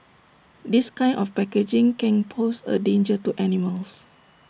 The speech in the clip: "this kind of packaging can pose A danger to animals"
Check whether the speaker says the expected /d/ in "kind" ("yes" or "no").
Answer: no